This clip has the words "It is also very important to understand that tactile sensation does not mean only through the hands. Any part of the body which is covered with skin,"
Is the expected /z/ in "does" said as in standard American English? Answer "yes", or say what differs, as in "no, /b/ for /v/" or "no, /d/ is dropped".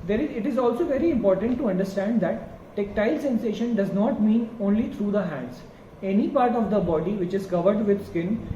yes